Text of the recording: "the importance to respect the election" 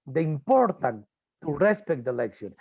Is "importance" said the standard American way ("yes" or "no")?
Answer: no